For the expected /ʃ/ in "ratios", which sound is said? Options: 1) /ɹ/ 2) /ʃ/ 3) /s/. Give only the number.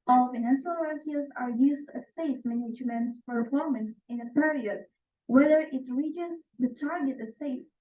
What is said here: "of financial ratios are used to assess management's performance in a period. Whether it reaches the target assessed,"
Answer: 3